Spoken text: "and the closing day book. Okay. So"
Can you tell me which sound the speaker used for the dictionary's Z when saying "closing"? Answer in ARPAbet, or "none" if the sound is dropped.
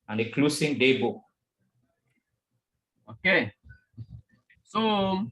S